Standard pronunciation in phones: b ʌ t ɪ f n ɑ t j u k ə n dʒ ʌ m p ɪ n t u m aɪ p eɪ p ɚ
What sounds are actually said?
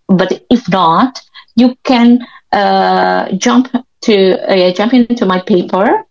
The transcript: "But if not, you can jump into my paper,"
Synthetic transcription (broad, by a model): b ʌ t ɪ f n ɑ t j u k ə n dʒ ʌ m p ɪ n t u m aɪ p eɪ p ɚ